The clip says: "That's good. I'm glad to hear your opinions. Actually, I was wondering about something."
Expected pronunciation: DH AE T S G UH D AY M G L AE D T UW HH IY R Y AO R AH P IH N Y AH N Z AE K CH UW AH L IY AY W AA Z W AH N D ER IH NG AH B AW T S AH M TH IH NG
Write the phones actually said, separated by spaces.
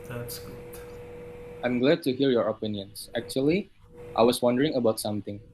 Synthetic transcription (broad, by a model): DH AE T S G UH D AY M G L AE D T UW HH IY R Y AO R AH P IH N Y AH N S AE K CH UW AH L IY AY W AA S W AH N D ER IH NG AH B AW T S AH M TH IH NG